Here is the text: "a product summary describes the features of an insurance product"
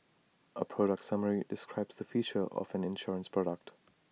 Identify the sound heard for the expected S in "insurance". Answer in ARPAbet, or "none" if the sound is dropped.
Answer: S